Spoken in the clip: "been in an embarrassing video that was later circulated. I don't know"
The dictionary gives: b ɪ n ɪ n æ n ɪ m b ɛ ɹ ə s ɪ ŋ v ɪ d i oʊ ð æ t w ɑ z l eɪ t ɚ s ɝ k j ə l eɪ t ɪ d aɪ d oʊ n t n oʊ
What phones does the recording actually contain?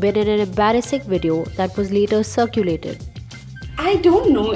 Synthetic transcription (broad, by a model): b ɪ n ɪ n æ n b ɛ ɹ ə s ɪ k v ɪ d i oʊ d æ t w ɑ z l eɪ t ɚ s ɝ k j ə l eɪ t ɪ d aɪ d oʊ n t n oʊ